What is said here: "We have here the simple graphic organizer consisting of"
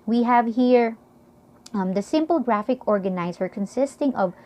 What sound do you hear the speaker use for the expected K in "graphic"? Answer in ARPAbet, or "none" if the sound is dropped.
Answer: K